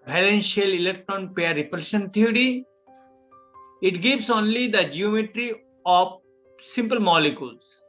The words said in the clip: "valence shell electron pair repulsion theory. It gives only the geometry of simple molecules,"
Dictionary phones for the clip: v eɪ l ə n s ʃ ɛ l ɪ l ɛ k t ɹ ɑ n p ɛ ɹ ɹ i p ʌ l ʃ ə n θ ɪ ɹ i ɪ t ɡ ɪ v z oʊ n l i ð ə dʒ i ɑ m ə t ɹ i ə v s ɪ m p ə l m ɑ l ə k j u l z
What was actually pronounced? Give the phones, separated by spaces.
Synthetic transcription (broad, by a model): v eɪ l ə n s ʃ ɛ l ɪ l ɛ k t ɹ ɑ n p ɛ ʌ ɹ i p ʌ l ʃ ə n t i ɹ i ɪ t ɡ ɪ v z oʊ n l i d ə dʒ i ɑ m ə t ɹ i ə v s ɪ m p ə l m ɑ l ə k j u l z